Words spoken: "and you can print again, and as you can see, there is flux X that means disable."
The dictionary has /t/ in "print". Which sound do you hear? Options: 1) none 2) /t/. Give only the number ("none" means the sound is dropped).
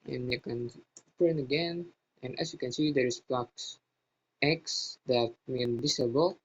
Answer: 1